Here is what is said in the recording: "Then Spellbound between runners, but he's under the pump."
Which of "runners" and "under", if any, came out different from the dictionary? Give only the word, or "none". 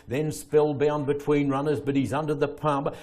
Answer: none